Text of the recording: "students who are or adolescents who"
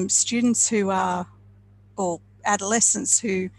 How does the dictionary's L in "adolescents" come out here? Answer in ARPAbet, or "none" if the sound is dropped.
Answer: L